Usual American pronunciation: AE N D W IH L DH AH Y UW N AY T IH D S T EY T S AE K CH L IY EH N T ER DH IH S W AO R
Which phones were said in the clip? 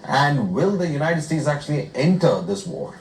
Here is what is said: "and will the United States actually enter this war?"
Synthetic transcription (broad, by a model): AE N D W IH L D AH Y UW N AY T IH D S T EY T S AE K CH L IY EH N T ER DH IH S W AO R